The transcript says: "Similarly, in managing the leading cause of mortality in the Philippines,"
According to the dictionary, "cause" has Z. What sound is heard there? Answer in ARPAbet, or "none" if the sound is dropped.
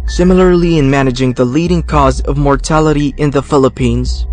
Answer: Z